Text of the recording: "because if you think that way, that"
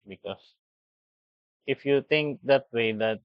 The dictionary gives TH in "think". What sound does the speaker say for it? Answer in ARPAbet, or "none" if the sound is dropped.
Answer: T